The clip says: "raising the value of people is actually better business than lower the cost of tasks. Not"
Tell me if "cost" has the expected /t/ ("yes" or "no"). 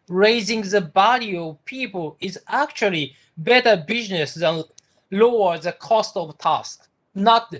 yes